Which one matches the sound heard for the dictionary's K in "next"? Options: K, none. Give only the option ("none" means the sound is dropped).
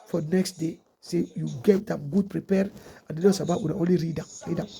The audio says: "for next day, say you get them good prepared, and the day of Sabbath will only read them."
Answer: K